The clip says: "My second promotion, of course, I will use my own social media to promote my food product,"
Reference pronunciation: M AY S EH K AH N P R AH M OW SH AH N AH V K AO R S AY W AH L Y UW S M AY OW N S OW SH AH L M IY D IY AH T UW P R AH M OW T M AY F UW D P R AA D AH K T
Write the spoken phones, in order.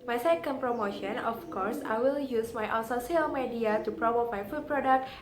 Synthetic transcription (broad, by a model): M AY S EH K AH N P R AH M OW SH AH N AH F K AO R S AY W AH L Y UW S M AY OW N S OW S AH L M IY D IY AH T UW P R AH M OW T M AY F UW D P R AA D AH K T